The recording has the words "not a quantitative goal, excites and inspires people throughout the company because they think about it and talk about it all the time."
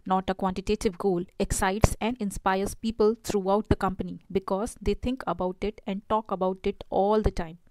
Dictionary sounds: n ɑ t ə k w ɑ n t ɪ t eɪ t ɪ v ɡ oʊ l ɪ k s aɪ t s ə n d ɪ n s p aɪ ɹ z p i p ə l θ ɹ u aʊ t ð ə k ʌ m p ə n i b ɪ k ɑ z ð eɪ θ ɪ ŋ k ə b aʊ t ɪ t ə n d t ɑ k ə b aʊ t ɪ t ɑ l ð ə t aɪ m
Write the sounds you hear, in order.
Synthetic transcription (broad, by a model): n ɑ t ə k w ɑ n t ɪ t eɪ t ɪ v ɡ oʊ l ɪ k s aɪ t s ə n d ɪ n s p aɪ ɹ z p i p ə l t ɹ u aʊ t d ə k ʌ m p ə n i b ɪ k ɑ z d eɪ t ɪ ŋ k ə b aʊ t ɪ t ə n d t ɑ k ə b aʊ t ɪ t ɑ l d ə t aɪ m